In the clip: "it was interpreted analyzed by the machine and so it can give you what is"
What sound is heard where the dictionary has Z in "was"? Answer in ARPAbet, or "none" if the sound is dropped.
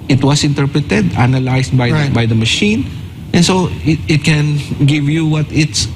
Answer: S